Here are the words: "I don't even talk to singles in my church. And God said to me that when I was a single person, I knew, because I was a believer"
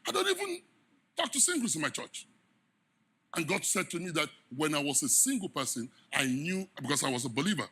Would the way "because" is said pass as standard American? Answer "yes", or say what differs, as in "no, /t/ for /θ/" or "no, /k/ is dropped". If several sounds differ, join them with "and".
no, /s/ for /z/